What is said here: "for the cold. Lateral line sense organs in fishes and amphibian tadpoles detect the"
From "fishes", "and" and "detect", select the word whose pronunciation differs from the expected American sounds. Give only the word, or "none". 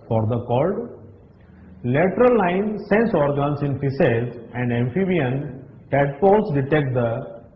fishes